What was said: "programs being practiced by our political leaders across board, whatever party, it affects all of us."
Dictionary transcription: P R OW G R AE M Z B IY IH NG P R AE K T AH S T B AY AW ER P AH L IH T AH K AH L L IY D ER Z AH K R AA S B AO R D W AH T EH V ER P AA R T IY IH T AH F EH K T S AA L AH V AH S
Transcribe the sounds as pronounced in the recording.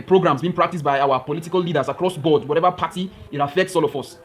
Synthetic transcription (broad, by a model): P R OW G R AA M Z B IY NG P R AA K T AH S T B AY AW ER P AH L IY T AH K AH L L IY D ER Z AH K R AA S B AO D W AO T EH V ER P AA T IY IH T AH F EH K T S AA L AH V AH S